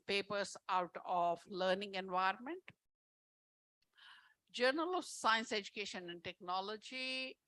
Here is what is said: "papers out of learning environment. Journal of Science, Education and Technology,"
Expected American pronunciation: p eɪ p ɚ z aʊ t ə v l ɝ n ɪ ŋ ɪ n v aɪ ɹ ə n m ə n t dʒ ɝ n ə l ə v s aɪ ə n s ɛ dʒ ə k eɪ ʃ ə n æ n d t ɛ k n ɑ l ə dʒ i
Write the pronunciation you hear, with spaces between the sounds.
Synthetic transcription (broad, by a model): p eɪ p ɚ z aʊ t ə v l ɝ n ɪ ŋ ɪ n v aɪ ɹ ə n m ə n t dʒ ɝ n ə l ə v s aɪ ə n s ɛ dʒ ə k eɪ ʃ ə n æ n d t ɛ k n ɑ l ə dʒ i